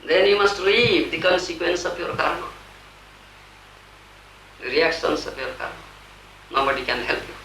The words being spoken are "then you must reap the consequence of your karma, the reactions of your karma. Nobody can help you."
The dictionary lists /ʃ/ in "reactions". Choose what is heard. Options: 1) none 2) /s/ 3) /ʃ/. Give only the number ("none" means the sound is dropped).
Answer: 2